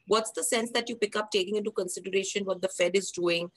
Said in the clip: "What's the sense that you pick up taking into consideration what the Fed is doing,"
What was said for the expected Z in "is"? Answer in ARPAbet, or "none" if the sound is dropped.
Z